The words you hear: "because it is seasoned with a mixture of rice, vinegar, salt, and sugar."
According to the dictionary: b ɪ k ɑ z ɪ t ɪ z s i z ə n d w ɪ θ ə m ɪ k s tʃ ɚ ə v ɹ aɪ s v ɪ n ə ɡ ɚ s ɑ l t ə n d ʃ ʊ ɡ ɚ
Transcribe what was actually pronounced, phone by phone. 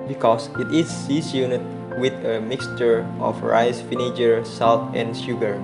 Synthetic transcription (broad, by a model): b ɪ k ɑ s ɪ t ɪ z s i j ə n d w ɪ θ ə m ɪ k s tʃ ɚ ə f ɹ aɪ s f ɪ n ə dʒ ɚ s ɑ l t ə n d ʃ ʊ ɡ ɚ